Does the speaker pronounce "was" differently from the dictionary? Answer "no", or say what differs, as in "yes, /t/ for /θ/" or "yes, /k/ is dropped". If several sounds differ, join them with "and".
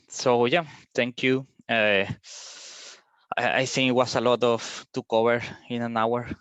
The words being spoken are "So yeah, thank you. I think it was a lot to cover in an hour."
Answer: yes, /s/ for /z/